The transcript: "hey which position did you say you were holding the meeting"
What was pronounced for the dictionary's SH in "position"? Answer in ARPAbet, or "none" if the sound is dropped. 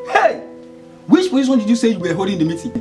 S